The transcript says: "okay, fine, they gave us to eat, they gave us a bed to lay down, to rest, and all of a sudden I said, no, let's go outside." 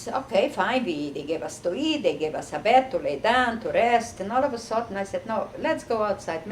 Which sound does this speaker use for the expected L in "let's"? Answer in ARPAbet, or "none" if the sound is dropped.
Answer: L